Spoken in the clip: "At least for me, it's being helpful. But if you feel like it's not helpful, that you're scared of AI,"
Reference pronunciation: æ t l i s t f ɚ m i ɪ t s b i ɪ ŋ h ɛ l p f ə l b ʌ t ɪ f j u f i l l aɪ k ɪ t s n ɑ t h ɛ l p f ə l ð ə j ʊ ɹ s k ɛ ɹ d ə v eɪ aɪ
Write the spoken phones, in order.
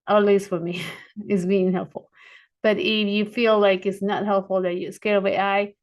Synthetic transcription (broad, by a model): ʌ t l i s t f ɚ m i ɪ t s b i ɪ ŋ h ɛ l p f l b ʌ t ɪ f j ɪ f i l l aɪ k ɪ t s n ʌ t h ɛ l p f l ð ə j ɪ s k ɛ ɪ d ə w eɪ aɪ